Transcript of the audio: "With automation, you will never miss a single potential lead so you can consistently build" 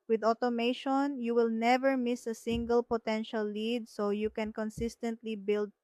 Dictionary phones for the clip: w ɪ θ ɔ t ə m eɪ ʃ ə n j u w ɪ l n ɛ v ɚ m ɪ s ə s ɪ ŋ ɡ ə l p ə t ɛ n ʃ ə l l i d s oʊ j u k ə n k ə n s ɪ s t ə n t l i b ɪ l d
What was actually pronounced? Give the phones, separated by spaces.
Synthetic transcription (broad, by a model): w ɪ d ɔ t ə m eɪ ʃ ə n j u w ɪ l n ɛ v ɚ m ɪ s ə s ɪ ŋ ɡ ə l p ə t ɛ n ʃ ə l l i d s oʊ j u k ə n k ə n s ɪ s t ə n t l i b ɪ l d